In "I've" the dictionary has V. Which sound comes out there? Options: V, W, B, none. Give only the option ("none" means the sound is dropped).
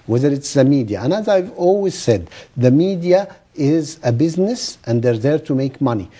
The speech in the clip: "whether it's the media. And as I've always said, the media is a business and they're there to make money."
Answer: V